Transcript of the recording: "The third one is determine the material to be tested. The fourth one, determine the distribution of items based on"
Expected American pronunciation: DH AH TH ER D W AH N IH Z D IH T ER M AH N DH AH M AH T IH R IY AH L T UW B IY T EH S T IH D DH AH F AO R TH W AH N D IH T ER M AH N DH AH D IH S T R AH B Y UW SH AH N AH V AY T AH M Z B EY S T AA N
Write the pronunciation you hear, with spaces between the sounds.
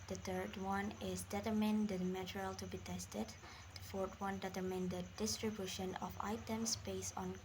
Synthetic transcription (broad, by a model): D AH T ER D W AH N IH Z D IH T ER M AH N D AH M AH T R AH L T UW B IY T EH S T IH D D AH F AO R T W AH N D IH T ER M AH N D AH D IH S T R AH B Y UW SH AH N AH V AY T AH M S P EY S AA N